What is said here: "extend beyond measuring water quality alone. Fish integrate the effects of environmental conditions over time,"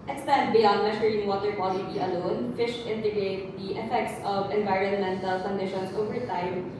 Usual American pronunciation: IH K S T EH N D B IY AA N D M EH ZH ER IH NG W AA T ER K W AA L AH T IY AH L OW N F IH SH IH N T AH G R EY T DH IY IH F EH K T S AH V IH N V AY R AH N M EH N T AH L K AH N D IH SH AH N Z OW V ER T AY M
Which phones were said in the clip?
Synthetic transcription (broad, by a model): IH K S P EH N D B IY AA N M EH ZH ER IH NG W AA T ER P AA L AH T IY AH L OW N F IH SH IH N T AH G R EY T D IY IH F EH K T S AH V IH N V AY R AH N M EH N T AH L K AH N D IH SH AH N S OW V ER T AY M